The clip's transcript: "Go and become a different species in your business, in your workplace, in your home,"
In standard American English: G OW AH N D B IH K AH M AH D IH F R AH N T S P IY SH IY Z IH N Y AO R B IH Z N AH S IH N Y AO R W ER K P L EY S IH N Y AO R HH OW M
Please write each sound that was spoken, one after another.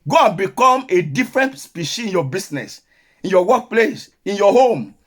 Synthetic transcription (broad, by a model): G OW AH N B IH K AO M AH D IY F R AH N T S P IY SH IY IH N Y AO B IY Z N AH S IH N Y AO W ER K P L EY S IH N Y AO HH OW M